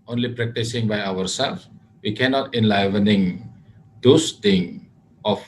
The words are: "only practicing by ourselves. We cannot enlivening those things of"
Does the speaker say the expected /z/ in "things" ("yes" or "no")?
no